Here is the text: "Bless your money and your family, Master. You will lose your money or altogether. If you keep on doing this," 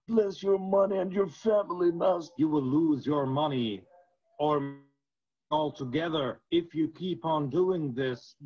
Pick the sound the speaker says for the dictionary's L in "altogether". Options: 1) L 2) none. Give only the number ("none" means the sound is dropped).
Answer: 1